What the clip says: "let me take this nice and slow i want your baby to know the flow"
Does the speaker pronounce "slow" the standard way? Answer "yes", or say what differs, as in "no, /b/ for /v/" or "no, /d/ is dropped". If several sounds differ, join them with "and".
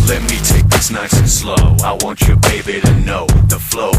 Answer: yes